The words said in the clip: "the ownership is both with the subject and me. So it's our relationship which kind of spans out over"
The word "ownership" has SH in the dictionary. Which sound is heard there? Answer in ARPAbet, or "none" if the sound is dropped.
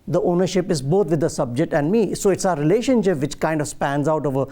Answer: SH